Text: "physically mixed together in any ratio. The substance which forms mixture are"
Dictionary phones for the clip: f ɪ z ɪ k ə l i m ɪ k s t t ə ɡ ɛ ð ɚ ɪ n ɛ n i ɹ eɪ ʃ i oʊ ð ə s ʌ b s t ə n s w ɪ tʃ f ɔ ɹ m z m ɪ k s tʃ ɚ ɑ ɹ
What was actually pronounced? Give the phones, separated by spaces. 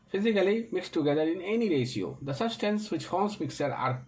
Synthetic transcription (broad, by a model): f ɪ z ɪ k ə l i m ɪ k s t t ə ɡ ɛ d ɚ ɪ n ɛ n i ɹ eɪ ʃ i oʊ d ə s ʌ b s t ə n s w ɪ tʃ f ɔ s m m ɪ k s ɚ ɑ ɹ